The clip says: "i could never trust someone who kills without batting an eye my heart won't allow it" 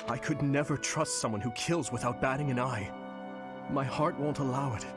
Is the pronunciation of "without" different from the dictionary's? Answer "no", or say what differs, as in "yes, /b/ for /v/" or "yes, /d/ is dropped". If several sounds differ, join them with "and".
no